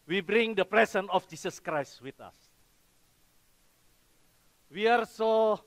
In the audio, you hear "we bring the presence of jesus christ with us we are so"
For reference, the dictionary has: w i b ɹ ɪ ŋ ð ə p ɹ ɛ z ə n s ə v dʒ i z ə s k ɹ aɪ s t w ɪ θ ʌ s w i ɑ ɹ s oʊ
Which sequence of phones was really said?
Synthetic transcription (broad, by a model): w i b ɹ ɪ ŋ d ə p ɹ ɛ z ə n ə f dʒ i s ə s k ɹ aɪ s t w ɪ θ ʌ s w i ɑ ɹ s oʊ